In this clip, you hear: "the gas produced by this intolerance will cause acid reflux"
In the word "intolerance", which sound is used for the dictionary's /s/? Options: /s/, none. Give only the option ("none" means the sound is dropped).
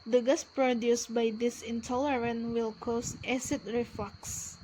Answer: none